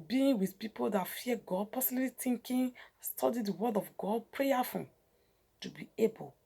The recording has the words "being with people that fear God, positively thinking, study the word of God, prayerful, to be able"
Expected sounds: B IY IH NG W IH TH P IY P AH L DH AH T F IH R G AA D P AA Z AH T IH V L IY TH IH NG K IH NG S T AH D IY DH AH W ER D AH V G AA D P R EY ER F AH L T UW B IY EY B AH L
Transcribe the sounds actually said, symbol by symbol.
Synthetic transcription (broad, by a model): B IY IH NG W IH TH P IY P AH L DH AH T F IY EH G AA D P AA S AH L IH L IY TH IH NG K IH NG S T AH D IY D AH W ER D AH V G AA D P R EY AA F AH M T UW B IY EY B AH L